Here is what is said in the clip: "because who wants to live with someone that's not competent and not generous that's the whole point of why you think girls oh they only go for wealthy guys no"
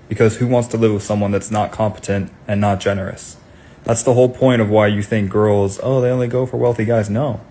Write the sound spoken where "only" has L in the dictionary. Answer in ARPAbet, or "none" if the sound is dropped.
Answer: L